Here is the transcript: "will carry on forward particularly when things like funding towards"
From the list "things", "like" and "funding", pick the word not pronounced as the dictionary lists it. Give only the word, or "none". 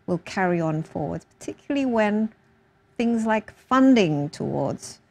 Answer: none